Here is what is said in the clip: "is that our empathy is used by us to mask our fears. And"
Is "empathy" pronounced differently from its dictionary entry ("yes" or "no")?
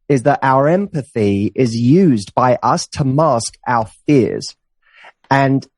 no